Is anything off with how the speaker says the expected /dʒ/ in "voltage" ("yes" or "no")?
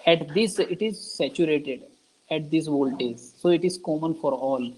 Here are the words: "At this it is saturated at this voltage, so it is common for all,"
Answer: yes